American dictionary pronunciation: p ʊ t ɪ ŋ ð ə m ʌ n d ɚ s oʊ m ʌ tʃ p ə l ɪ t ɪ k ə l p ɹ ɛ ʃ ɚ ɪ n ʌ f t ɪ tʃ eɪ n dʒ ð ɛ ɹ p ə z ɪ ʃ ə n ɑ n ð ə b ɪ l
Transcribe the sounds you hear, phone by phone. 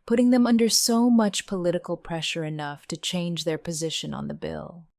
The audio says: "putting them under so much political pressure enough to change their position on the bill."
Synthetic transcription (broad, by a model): p ʊ t ɪ ŋ ð ə m ʌ n d ɚ s oʊ m ʌ tʃ p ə l ɪ t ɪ k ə l p ɹ ɛ ʃ ɚ ɪ n ʌ f t ɪ tʃ eɪ n dʒ ð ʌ ɹ p ə z ɪ ʃ ə n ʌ n ð ə b ɪ l